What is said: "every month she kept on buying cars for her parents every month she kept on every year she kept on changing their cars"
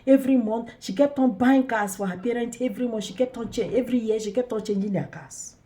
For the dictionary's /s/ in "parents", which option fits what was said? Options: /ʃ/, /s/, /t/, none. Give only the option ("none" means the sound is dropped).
none